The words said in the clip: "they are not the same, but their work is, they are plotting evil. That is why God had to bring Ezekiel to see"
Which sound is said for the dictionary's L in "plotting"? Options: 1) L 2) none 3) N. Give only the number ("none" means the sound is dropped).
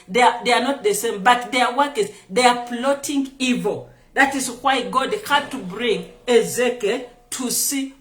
1